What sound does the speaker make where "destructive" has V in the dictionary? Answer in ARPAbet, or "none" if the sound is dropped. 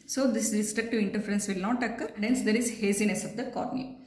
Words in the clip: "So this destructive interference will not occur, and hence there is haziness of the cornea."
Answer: V